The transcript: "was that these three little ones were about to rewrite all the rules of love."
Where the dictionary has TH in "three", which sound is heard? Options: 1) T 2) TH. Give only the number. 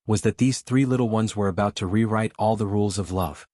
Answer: 2